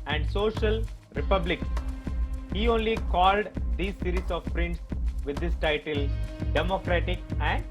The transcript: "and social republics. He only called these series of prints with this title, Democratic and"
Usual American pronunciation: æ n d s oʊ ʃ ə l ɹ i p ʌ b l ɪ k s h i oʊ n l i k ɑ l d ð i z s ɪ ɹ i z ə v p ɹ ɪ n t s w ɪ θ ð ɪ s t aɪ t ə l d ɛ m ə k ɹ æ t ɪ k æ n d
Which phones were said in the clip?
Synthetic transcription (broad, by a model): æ n d s oʊ ʃ ə l ɹ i p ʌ b l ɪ k h i oʊ n l i k ɑ l d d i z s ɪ ɹ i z ə v p ɹ ɪ n t s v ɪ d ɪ s t aɪ t ə l d ɛ m ə k ɹ æ t ɪ k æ n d